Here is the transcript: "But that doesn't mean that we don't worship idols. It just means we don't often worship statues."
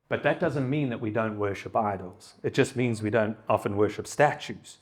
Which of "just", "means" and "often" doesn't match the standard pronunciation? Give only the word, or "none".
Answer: none